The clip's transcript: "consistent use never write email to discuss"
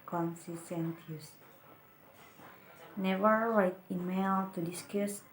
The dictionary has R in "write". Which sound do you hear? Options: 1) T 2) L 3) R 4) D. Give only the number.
2